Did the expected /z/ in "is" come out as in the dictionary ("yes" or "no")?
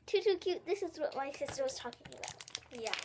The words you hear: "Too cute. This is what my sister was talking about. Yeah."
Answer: yes